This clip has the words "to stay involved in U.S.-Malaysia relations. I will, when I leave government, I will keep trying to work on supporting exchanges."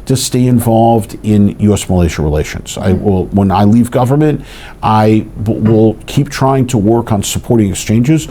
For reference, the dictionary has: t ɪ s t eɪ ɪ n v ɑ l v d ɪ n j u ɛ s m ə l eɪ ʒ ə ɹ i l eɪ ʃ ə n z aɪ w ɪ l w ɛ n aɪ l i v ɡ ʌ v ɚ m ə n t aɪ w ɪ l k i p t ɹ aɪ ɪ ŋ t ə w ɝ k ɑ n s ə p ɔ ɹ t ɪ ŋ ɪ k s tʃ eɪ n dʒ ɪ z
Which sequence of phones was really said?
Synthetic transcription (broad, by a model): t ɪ s t eɪ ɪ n v ɑ l v d ɪ n j u ɛ s m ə l eɪ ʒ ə ɹ i l eɪ ʃ ə n z aɪ w ɪ l w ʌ n aɪ l i v ɡ ʌ v ɚ m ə n t aɪ w ɪ l k i p t ɹ aɪ ɪ ŋ t ə w ɝ k n s ə p ɔ ɹ t ɪ ŋ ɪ k s tʃ eɪ n dʒ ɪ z